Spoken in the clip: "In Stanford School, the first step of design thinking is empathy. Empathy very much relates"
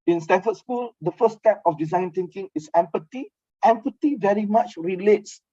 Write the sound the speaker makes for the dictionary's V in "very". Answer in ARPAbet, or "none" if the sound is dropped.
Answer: V